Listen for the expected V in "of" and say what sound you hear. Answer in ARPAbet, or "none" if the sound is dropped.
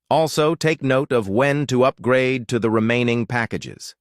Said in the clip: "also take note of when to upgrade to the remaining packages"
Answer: V